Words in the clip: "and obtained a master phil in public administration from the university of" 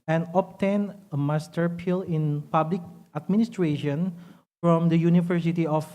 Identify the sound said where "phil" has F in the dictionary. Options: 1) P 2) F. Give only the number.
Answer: 1